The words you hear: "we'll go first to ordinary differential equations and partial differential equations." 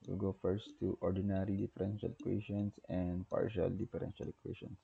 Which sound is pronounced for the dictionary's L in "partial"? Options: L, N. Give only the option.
L